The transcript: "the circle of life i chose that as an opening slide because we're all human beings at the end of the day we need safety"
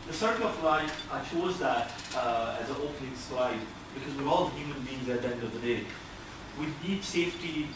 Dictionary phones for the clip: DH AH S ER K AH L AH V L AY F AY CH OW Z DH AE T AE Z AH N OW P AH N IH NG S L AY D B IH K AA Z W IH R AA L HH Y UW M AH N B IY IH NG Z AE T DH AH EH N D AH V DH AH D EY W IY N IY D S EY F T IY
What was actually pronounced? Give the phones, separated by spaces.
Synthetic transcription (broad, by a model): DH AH S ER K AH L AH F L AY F AY CH OW Z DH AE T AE Z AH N OW P AH N IH NG S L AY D B IH K AA Z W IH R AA L HH Y UW M AH N B IY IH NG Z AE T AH EH N D AH V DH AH D EY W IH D IY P S EY F T IY